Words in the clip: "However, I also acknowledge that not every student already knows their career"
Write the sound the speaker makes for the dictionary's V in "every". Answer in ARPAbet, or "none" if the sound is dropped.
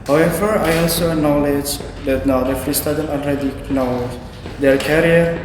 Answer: F